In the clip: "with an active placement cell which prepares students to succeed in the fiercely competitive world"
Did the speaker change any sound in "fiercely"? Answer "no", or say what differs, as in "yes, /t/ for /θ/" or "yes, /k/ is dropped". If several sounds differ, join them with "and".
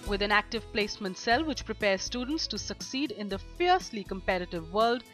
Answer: no